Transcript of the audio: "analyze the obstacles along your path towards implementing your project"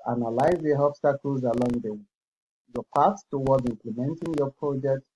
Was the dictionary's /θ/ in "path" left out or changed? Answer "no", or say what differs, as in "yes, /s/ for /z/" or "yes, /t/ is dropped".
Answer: yes, /s/ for /θ/